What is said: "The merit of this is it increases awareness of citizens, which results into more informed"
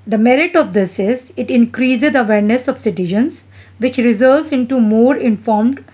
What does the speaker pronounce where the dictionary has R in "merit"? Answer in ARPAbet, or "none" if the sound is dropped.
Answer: R